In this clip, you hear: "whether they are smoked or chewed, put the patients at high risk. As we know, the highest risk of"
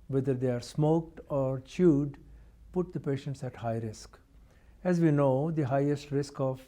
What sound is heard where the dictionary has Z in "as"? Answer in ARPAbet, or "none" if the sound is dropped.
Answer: Z